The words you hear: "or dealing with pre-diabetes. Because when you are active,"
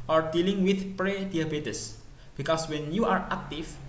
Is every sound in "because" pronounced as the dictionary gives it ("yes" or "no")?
no